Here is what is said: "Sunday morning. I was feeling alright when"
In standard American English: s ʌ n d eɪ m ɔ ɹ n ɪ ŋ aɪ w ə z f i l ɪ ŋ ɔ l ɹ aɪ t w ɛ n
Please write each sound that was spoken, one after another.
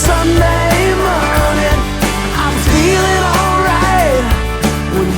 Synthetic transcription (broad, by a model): s ʌ n d eɪ m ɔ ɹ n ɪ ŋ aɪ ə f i l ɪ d ɔ l ɹ aɪ t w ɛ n